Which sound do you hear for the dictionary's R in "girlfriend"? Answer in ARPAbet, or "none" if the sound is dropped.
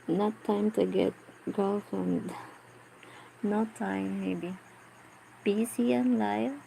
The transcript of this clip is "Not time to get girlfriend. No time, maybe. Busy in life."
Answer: none